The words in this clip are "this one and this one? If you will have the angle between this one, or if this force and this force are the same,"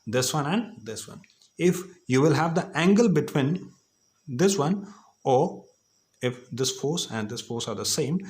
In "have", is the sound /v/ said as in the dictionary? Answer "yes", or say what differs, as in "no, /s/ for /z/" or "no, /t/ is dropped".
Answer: yes